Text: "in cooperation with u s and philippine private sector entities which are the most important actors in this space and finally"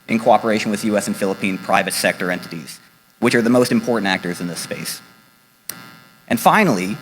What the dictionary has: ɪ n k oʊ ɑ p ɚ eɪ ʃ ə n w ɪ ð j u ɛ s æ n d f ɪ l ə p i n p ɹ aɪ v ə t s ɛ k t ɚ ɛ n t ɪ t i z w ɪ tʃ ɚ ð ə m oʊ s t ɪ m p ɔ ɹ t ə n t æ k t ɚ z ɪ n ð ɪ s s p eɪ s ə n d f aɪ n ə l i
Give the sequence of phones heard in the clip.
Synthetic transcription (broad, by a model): ɪ n k oʊ ɑ p ɚ eɪ ʃ ə n w ɪ ð j u ɛ s n f ɪ l ə p i n p ɹ aɪ v ə t s ɛ k t ɚ ɛ n t ɪ t i z w ɪ tʃ ɚ ð ə m oʊ s t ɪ m p ɔ ɹ t n t æ k t ɚ z ɪ n ð ɪ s s p eɪ s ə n f aɪ n l i